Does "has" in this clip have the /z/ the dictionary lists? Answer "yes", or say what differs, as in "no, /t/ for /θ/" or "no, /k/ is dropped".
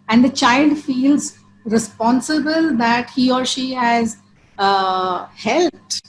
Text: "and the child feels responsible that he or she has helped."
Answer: yes